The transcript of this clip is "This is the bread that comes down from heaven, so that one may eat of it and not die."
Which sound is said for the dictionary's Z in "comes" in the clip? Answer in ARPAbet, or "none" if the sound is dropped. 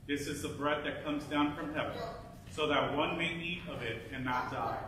Z